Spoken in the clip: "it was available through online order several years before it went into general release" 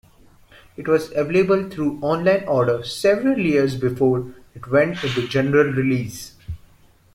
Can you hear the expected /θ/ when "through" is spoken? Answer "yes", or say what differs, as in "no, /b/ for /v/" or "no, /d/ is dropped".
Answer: no, /t/ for /θ/